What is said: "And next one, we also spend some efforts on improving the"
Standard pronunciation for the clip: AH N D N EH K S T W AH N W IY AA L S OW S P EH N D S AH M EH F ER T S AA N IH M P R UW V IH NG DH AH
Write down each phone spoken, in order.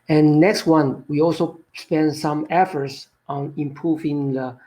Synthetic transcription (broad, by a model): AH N N EH K S T W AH N W IY AA L S OW S P EH N D S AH M EH F ER T S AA N IH M P R UW V IH NG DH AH